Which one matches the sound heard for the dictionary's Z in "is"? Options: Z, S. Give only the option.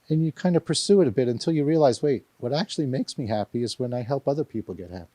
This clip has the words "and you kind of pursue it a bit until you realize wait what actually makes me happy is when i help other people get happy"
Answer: Z